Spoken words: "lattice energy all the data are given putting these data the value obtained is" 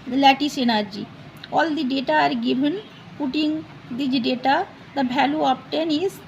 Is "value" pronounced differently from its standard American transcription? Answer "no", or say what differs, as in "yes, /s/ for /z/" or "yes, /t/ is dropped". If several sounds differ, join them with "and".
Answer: yes, /b/ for /v/